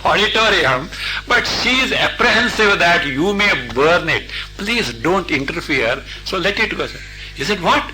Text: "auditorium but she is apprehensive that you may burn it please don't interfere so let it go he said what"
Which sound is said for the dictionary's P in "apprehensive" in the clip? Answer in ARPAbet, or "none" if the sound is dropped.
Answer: P